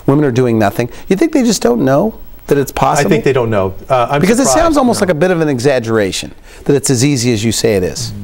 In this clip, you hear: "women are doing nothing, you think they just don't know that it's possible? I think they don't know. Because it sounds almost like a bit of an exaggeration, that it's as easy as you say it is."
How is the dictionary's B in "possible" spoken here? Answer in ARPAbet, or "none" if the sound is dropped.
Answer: none